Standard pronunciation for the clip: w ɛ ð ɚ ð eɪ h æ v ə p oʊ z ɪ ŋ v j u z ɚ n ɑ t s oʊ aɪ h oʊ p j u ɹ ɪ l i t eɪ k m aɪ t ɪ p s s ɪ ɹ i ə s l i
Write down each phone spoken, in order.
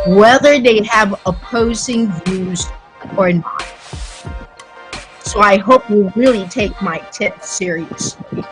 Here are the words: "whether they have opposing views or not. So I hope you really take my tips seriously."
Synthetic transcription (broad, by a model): w ɛ ð ɚ ð eɪ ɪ v ə p oʊ z ɪ ŋ v j u z ɚ n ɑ t s oʊ aɪ h oʊ p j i ɹ ɪ l i t eɪ k m aɪ t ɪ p θ s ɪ ɹ i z